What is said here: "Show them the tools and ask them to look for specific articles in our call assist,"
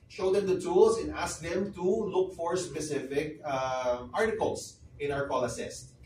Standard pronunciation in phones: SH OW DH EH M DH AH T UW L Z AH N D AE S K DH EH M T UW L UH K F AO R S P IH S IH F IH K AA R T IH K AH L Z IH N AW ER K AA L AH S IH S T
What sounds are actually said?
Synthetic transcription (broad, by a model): SH OW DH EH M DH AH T UW L S AH N D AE S K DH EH M T UW L UH K F AO R S P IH S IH F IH K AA R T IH K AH L S IH N AW ER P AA L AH S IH S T